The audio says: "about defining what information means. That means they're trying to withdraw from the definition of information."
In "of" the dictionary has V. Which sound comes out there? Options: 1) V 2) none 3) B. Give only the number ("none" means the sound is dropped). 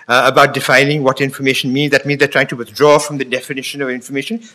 1